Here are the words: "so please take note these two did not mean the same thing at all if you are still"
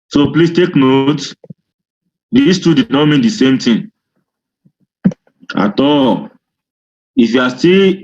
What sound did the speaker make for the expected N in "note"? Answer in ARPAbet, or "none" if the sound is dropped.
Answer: N